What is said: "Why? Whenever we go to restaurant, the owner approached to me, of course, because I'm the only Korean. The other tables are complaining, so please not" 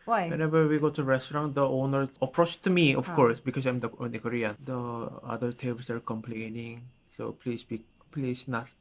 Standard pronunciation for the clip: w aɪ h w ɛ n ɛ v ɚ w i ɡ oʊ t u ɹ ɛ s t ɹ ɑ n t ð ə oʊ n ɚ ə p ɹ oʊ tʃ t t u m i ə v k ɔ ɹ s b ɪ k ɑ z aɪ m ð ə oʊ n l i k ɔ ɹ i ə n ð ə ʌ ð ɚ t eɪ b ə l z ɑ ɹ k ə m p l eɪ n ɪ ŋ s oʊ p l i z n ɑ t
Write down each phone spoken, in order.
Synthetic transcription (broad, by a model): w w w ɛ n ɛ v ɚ w i ɡ oʊ t u ɹ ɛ s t ɹ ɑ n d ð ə oʊ n ɚ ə p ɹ oʊ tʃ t t u m i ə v k ɔ ɹ s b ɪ k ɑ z aɪ m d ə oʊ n i k ɔ ɹ i ə n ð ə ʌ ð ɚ t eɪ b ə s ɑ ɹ k ə m p l eɪ n ɪ ŋ s oʊ p l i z n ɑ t